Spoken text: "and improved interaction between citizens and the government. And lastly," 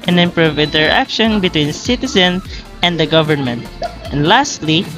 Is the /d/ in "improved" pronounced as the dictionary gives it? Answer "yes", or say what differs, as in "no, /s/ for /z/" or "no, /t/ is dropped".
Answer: no, /d/ is dropped